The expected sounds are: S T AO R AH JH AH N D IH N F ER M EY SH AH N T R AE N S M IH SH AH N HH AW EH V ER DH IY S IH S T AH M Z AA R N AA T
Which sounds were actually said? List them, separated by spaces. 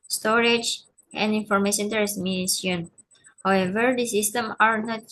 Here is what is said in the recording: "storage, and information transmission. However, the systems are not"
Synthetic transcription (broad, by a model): S T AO R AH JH AH N D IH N F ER M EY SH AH N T AE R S M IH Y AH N HH AW EH V ER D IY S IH S T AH M AA R N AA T